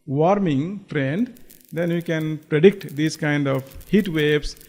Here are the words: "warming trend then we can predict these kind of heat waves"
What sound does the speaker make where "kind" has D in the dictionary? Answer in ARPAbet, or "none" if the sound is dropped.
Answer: D